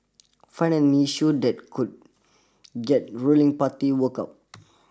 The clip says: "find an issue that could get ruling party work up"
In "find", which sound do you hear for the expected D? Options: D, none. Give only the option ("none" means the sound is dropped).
none